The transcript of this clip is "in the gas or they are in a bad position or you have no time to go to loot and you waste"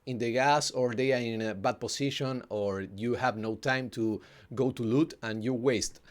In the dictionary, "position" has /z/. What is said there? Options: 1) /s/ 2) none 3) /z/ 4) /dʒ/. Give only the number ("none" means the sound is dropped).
1